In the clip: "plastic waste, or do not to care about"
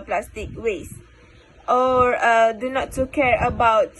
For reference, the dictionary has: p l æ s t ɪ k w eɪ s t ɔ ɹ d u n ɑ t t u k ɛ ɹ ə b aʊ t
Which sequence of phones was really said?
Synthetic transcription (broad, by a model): p l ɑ s t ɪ k w eɪ s t ɔ ɹ d u n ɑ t t u k ɛ ɹ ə b aʊ t